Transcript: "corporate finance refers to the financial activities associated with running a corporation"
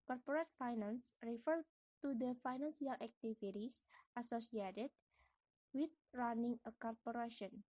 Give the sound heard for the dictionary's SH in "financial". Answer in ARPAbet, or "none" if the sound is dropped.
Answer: S